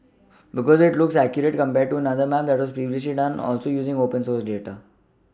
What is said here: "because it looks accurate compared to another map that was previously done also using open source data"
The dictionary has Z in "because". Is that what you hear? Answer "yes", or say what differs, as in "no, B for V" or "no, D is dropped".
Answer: yes